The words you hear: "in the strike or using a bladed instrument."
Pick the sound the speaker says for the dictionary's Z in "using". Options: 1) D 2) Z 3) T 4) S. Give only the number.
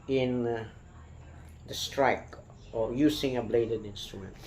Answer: 4